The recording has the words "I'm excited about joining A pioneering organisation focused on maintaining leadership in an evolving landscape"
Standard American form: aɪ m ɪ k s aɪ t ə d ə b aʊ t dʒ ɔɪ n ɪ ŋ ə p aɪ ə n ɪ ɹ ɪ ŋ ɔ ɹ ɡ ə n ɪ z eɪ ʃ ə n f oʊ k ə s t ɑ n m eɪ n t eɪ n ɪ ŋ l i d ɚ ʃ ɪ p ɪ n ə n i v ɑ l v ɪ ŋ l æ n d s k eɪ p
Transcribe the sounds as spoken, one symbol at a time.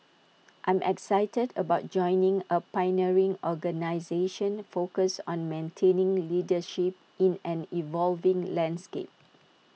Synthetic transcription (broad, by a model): aɪ m ɪ k s aɪ t ə d ə b aʊ t dʒ ɔɪ n ɪ ŋ ə p aɪ n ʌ ɹ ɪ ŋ ɔ ɡ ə n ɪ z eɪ ʃ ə n f oʊ k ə s ɑ n m eɪ n t eɪ n ɪ ŋ l i d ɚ ʃ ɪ p ɪ n ə n i v ɑ l v ɪ ŋ l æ n d s k eɪ p